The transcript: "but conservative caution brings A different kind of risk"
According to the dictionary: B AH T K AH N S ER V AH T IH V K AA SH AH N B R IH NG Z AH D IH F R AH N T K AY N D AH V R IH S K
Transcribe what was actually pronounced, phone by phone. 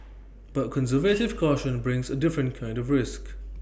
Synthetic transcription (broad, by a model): B AH T K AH N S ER V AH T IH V K AA SH AH N B R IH NG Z AH D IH F R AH N K AY N D AH V R IH S K